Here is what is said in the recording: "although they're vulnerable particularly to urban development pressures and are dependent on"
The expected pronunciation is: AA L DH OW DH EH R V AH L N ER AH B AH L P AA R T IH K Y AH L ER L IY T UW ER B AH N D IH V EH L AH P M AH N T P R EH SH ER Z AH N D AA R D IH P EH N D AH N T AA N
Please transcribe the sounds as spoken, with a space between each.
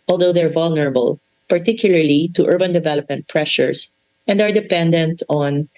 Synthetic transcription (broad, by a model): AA L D OW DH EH R V AH L N ER AH B AH L P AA R T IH K Y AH L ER L IY T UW ER B AH N D IH V EH L AH P M AH N T P R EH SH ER S AH N D AA R D IH P EH N D AH N T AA N